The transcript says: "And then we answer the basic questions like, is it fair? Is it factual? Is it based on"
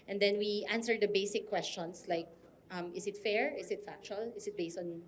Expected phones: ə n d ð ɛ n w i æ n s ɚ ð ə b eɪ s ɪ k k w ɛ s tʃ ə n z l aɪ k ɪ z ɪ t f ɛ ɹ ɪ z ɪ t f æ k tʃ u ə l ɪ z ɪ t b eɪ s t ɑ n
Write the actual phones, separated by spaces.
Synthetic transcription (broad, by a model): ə n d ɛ n w i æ n s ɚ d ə b eɪ s ɪ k k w ɛ s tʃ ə n s l aɪ k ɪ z ɪ t f ɛ ɹ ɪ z ɪ t f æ k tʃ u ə l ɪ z ɪ t b eɪ s t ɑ n